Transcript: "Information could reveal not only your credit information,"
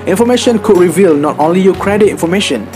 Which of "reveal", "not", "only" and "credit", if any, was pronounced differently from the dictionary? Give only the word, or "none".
none